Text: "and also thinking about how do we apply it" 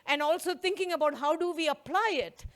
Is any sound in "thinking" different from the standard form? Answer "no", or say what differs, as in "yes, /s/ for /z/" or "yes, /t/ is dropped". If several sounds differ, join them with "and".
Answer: yes, /t/ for /θ/